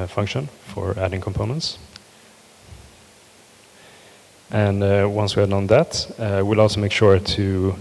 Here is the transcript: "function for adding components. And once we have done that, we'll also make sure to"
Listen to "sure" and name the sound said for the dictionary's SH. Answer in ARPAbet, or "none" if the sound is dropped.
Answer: SH